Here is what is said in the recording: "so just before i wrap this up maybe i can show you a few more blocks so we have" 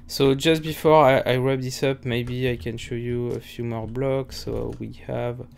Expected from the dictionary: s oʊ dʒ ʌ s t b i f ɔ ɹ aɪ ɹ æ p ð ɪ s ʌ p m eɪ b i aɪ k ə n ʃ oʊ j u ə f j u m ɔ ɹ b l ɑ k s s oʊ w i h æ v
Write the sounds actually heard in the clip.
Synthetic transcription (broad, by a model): s oʊ dʒ ʌ s t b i f ɔ ɹ aɪ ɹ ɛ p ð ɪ s ʌ p m eɪ b i aɪ k ə n ʃ oʊ j u ə f j u m ɔ ɹ b l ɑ k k s oʊ w i h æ v